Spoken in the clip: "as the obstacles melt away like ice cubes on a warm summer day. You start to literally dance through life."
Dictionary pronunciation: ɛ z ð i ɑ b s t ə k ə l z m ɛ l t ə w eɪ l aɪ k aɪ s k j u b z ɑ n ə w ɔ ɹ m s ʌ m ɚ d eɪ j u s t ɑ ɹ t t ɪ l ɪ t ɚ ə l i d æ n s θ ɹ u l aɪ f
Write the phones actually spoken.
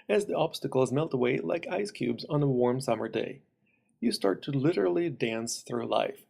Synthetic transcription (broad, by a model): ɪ z ð i ɑ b s t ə k l z m ɛ l t ə w eɪ l aɪ k aɪ s k j u b z n ə w ɔ ɹ m s ʌ m ɚ d eɪ j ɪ s t ɑ ɹ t t ɪ l ɪ t ɚ l i d æ n s θ ɹ u l aɪ f